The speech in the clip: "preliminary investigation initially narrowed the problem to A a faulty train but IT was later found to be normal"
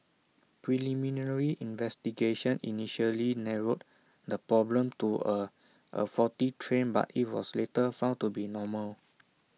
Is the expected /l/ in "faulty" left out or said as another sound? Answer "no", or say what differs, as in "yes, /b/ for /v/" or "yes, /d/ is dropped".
yes, /l/ is dropped